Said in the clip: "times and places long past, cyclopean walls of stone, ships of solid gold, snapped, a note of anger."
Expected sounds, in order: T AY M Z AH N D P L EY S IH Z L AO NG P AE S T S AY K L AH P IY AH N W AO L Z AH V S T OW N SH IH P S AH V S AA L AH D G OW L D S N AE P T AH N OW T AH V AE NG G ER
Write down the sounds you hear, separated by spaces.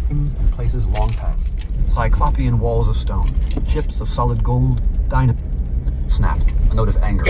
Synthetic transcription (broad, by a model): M Z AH N P L EY S IH Z L AO NG P AE S T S AY K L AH P IY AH N W AO L Z AH V S T OW N SH IH P S AH V S AA L AH D G OW L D S N AE P T AH N OW T AH V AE NG G ER